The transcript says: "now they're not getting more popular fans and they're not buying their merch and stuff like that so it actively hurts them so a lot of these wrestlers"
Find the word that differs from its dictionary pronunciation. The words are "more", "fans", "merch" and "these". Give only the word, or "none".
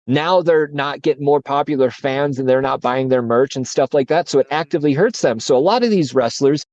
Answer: none